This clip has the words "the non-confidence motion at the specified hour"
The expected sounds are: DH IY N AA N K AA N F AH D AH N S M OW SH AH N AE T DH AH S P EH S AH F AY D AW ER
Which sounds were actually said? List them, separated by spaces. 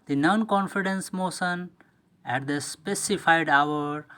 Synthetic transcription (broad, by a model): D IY N AA N K AA N F AH D AH N S M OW S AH N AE T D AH S P EH S AH F AY D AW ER